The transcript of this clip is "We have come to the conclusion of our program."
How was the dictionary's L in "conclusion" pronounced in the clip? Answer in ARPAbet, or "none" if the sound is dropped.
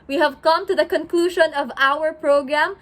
L